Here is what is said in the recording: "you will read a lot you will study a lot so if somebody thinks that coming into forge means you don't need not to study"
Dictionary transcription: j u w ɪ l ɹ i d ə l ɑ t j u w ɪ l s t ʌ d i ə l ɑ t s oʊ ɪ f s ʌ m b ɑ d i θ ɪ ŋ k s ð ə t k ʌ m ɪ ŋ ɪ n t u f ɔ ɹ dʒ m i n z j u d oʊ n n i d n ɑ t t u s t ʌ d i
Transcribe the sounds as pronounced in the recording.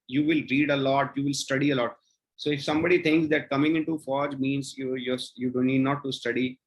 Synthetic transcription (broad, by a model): j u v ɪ l ɹ i d ə l ɑ t j u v ɪ l s t ʌ d i ə l ɑ t s oʊ ɪ f s ʌ m b ɑ d i t ɪ ŋ k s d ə t k ʌ m ɪ ŋ ɪ n t u f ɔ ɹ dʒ m i n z j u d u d n i d n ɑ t t u s t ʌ d i